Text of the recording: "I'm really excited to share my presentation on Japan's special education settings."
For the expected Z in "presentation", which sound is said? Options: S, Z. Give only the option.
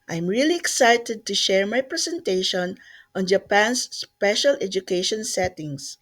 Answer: S